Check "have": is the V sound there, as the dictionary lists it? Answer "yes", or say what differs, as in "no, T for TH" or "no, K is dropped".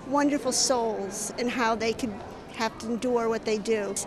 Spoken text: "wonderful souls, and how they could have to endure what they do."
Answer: no, F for V